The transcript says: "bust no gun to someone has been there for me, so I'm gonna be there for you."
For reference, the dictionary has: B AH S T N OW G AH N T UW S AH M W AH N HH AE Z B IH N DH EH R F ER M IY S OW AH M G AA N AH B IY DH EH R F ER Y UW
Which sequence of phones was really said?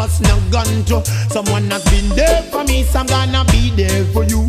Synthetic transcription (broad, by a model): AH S N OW G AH N T UW S AH M W AH N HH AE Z B IH N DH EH F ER M IY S AH M G AA N AH B IY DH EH F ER Y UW